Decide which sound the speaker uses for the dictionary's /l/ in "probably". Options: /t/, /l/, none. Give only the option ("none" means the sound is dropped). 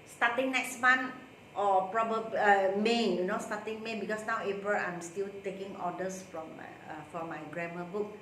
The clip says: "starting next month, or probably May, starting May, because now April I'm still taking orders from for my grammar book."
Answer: none